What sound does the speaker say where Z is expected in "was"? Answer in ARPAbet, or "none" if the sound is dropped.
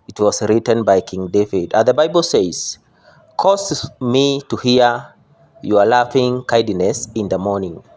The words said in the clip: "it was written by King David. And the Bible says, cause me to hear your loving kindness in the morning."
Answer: S